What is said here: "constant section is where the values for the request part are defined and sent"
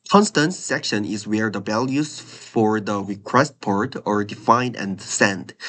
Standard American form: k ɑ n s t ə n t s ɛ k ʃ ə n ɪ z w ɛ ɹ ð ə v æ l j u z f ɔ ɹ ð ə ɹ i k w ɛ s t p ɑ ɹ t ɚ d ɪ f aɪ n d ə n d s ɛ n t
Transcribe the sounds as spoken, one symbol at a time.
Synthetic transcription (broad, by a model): k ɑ n s t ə n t s ɛ k ʃ ə n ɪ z w ɛ ɹ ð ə b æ l j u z f ɔ ɹ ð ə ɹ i k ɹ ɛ s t p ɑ ɹ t ɚ d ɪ f aɪ n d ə n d s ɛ n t